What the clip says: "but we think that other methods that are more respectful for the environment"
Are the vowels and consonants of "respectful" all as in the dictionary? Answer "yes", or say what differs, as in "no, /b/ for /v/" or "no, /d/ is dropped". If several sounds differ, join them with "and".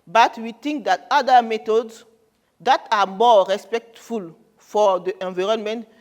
yes